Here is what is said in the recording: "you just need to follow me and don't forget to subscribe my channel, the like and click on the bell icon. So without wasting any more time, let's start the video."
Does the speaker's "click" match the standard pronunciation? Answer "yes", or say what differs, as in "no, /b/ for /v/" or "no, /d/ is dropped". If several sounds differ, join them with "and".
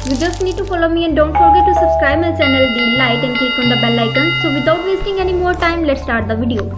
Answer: no, /l/ is dropped